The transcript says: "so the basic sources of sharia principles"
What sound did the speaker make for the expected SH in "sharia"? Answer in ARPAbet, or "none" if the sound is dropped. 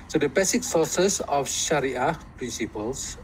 SH